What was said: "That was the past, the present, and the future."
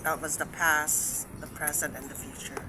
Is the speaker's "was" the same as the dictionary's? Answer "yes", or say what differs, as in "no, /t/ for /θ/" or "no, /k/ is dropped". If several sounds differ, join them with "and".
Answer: yes